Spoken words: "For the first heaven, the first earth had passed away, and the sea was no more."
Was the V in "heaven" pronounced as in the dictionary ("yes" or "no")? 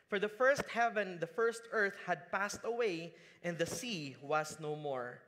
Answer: yes